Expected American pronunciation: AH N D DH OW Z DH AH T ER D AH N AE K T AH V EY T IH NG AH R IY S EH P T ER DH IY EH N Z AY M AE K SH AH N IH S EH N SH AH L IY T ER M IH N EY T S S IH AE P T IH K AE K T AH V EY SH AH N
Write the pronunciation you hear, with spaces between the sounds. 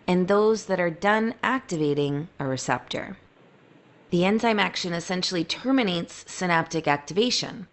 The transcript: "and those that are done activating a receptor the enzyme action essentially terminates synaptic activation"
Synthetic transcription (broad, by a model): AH N DH OW Z DH AH T ER D AH N AE K T AH V EY T IH NG AH R IY S EH P T ER DH IY EH N Z AY M AE K SH AH N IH S EH N SH L IY T ER M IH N EY T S S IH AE P T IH K AE K T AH V EY SH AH N